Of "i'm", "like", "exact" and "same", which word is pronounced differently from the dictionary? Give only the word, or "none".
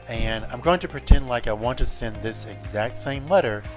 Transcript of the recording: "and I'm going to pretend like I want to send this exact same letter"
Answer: none